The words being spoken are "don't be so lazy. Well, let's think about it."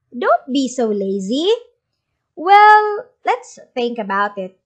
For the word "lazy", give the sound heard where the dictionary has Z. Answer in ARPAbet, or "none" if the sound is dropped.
Z